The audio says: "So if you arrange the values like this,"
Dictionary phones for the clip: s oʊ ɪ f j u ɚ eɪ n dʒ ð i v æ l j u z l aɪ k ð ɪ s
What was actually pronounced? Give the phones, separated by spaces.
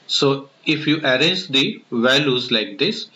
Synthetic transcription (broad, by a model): s oʊ ɪ f j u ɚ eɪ dʒ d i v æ l j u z l aɪ k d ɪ s